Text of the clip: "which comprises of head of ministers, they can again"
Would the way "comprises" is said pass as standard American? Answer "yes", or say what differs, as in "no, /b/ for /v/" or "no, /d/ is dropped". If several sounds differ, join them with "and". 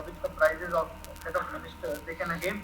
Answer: no, /m/ is dropped